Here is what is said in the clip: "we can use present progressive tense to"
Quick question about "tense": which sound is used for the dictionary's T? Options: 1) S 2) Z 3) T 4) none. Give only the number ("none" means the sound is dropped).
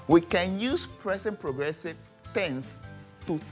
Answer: 3